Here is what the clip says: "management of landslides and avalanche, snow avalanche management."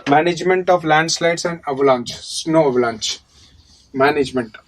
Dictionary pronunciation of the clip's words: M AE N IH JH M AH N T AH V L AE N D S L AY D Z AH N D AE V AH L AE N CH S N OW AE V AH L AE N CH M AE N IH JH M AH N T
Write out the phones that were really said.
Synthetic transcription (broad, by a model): M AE N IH JH M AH N T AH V L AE N D S L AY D S AH N D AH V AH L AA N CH S N OW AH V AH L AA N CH M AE N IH JH M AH N T